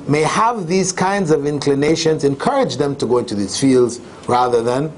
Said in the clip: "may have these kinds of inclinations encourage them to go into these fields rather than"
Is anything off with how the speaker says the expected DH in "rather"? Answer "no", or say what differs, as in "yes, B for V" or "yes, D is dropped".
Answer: no